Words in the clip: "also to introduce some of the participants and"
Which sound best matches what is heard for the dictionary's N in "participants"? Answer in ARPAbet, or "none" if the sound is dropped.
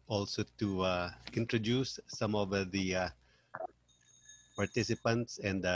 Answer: N